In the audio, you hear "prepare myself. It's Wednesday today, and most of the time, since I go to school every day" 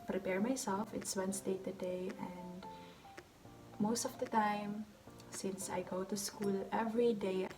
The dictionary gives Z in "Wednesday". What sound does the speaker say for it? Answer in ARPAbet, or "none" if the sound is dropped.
S